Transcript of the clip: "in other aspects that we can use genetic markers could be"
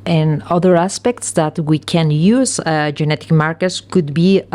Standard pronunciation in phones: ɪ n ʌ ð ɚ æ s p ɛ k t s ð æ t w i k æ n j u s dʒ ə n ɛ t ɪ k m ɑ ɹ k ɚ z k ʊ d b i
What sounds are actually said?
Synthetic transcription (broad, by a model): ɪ n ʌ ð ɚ æ s p ɛ k t s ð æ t w i k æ n j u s dʒ ə n ɛ t ɪ k m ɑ ɹ k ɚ s k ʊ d b i